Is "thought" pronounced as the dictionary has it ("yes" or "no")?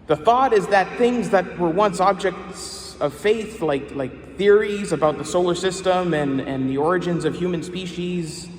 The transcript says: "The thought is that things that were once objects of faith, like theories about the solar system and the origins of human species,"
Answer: yes